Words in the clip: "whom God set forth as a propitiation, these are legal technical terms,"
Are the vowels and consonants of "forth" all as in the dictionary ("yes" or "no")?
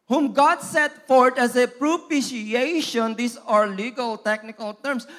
no